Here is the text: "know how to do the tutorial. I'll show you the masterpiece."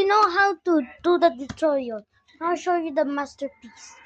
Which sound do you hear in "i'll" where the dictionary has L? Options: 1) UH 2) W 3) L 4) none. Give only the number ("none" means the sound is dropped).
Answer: 2